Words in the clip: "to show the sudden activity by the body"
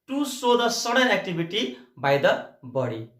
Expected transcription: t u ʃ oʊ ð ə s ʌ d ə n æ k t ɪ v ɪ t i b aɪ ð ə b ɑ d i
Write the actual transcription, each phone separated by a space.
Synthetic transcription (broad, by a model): t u s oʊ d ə s ʌ d ə n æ k t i b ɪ t i b aɪ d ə b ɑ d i